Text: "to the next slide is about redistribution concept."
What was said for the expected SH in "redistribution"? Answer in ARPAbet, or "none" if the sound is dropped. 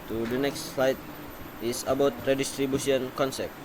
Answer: S